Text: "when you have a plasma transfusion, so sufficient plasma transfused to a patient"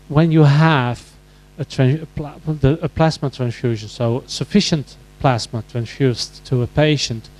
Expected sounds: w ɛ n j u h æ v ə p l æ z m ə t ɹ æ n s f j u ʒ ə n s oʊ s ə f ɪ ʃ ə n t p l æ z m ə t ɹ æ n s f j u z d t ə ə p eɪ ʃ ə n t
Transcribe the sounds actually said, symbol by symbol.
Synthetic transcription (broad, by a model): w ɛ n j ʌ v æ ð ə p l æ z m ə t ɹ æ n s f j u ʒ ə n s oʊ s ə f ɪ ʃ ə n t p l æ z m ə t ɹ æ n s f j u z t ə ə p eɪ ʃ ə n t